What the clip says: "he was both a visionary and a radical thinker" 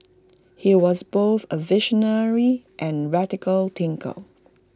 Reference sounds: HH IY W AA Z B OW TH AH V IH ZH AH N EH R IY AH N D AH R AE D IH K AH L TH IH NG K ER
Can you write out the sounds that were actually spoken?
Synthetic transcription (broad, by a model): HH IY W AA Z B OW TH AH V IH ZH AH N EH R IY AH N R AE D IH K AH L T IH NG K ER